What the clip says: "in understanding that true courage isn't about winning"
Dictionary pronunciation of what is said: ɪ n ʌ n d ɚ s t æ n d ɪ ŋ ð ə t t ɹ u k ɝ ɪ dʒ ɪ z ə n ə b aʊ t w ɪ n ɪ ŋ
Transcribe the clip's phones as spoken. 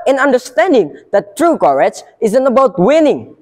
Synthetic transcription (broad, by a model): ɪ n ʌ n d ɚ s t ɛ n d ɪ ŋ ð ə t t ɹ u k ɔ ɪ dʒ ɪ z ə n ə b aʊ t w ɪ n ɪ ŋ